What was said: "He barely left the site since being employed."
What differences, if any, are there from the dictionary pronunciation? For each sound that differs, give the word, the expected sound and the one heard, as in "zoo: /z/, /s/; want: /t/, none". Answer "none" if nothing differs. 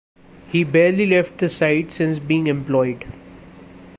none